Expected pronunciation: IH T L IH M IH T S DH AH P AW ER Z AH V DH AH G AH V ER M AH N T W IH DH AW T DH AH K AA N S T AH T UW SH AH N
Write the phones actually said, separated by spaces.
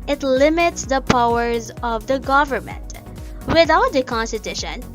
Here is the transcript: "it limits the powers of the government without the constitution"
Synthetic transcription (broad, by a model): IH T L IH M IH T S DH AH P AW ER Z AH V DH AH G AH V ER M AH N T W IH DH AW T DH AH K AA N S T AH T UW SH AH N